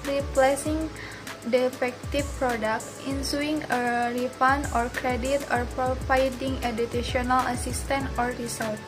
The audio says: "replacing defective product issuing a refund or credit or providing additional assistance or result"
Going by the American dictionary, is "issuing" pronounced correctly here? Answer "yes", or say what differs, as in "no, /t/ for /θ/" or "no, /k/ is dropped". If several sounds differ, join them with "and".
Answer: no, /s/ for /ʃ/